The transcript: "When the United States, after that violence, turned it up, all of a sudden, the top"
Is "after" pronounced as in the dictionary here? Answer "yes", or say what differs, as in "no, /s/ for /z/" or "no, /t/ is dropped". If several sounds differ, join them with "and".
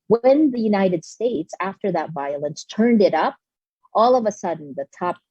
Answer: yes